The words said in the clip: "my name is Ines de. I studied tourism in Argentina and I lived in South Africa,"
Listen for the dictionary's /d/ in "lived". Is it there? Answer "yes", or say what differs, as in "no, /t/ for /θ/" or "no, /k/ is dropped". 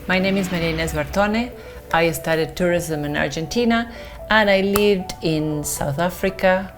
yes